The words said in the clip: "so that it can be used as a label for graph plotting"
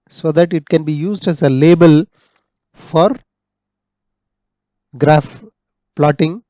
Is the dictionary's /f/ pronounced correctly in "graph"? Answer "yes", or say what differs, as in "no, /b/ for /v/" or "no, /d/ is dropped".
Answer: yes